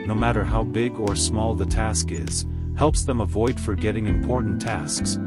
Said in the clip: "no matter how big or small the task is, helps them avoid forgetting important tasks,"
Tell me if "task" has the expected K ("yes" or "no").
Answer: yes